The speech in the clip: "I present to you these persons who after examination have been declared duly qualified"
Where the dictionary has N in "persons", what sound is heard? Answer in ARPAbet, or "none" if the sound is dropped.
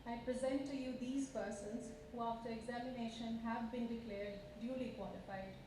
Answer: N